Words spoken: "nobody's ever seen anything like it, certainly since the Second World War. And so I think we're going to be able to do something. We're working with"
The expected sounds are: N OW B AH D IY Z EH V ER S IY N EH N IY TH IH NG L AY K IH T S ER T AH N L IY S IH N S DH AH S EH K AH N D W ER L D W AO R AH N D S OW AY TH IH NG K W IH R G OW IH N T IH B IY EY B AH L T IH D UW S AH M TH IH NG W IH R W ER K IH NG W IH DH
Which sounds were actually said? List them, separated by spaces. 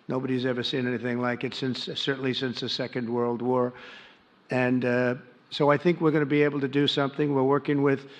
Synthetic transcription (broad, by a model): N OW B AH D IY Z EH V ER S IY N EH N IY TH IH NG L AY K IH T S ER T N L IY S IH N S DH AH S EH K AH N D W ER L D W AO R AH N S OW AY TH IH NG K W IH R G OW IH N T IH B IY EY B L T IH D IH S AH M TH IH NG W IH R W ER K IH NG W IH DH